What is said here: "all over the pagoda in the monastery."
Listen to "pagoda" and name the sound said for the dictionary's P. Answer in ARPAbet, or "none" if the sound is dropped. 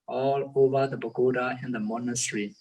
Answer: B